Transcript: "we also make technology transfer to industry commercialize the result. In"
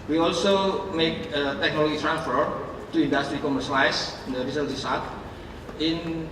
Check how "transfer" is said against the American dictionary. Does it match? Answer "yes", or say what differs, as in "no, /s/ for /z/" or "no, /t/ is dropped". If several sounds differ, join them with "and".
yes